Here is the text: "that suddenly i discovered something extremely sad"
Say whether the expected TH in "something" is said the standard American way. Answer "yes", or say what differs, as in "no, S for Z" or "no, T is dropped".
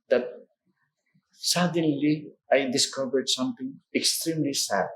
no, T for TH